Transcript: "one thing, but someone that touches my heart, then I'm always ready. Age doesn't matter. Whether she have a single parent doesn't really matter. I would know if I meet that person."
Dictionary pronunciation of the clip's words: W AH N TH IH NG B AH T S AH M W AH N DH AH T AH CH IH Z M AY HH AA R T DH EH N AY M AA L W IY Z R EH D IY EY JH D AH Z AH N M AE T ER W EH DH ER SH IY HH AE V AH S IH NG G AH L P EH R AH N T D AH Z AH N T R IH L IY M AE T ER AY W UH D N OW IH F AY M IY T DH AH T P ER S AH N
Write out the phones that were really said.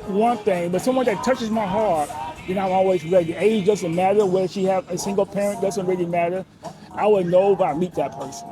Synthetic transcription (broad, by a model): W AH N TH IH NG B AH T S AH M W AH N DH AH T AH CH IH Z M AY HH AA R T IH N AY M AA L W IY Z R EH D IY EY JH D AH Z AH N M AE T ER W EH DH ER SH IY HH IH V AH S IH NG G L P EH R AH N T D AH Z AH N T R IH L IY M AE T ER AY W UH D N OW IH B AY M IY T DH AH T P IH S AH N